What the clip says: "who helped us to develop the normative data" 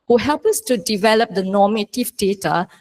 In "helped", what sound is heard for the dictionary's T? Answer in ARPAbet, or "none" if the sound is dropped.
none